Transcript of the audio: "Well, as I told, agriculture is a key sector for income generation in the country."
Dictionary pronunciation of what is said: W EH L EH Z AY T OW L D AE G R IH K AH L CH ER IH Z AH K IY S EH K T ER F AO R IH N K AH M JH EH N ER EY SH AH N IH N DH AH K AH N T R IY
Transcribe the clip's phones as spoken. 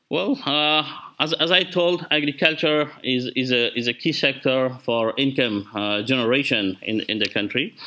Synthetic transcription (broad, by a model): W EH L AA Z AY T OW L D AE G R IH K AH L CH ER IH Z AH K IY S EH K T ER F AO R IH N K AH M JH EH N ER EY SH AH N IH N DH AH K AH N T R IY